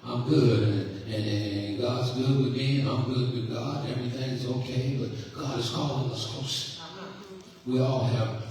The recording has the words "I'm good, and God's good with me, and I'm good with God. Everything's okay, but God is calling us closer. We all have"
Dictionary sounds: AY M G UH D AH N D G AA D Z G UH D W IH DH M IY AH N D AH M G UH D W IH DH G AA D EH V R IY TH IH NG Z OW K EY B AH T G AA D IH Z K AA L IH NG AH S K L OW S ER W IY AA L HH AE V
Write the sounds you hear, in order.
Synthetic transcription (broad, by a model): AY M G UH D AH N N G AA D Z G UH D W IH DH M IY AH AH M G UH D W IH DH G AA D EH V R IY TH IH NG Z OW K EY B AH T G AA D IH Z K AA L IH AH S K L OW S W IY AA L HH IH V